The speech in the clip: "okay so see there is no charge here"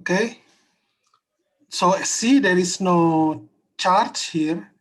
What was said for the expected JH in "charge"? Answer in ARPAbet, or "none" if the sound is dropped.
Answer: CH